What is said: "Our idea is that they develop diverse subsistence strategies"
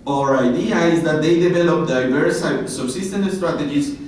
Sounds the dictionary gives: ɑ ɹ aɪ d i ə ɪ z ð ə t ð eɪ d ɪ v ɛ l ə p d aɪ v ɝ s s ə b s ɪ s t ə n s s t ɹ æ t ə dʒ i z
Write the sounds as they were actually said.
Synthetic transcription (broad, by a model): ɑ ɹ aɪ d i ə ɪ z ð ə t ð eɪ d ɪ v ɛ l ə p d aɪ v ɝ s s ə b s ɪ s t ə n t s t ɹ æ t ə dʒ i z